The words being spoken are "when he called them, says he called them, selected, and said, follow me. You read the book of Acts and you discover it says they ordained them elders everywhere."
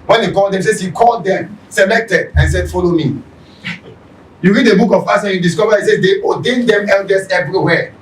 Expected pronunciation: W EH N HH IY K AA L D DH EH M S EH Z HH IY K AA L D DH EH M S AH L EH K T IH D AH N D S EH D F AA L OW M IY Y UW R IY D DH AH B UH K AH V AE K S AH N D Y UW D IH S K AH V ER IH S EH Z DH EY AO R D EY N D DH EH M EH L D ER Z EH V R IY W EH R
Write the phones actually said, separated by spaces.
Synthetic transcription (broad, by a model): W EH N HH IY K AA L D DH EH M S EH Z HH IY K AA L D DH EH M S AH L EH K T IH D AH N S EH D F AA L OW M IY Y UW R IY D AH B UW K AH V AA S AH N Y UW D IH S K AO V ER IH S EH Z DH EY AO D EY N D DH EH M EH L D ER S EH V R IY W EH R